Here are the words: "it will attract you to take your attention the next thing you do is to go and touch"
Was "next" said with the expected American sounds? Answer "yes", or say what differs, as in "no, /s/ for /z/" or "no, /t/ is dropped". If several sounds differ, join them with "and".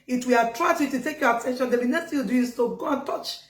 no, /k/ is dropped